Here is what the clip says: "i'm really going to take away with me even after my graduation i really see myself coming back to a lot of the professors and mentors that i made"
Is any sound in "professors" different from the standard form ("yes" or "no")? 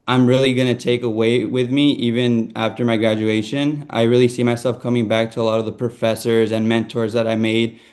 no